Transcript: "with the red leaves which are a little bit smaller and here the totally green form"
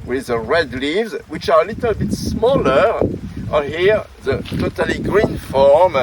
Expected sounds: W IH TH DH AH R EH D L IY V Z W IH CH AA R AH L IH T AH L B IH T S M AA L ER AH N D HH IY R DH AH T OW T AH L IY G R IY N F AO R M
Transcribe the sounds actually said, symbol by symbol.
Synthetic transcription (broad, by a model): W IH DH AH R EH D L IY V Z W IH CH AA R AH L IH T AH L B IH T S M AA L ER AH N HH IY R DH AH T OW T AH L IY G R IY N F AO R M